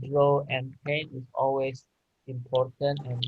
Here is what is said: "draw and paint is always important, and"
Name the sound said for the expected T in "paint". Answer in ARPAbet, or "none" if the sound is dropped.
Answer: none